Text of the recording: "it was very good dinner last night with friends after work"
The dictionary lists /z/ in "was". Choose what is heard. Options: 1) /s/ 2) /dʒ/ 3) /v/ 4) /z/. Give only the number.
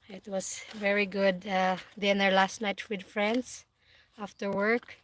1